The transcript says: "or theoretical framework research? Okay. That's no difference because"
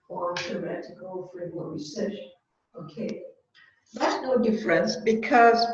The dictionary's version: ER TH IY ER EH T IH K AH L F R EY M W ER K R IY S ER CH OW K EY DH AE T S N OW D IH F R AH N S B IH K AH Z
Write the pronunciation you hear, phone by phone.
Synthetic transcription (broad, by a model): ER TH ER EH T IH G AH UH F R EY W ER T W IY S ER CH OW K EY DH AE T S N OW D IH F R AH N S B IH K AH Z